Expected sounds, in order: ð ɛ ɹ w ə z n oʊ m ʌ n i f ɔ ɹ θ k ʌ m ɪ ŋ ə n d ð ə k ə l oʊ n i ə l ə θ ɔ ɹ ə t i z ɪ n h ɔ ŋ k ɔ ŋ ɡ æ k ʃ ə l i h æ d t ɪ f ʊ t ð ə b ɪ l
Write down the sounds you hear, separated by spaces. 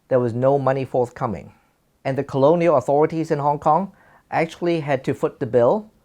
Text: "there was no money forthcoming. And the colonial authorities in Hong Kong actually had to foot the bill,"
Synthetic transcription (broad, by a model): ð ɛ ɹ w ə z n oʊ m ʌ n i f ɔ ɹ θ k ʌ m ɪ ŋ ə n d ð ə k ə l oʊ n i ə l ə θ ɔ ɹ ə t i z ɪ n h ɔ ŋ k ɔ ŋ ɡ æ k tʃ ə l i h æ d t ɪ f ʊ t ð ə b ɪ l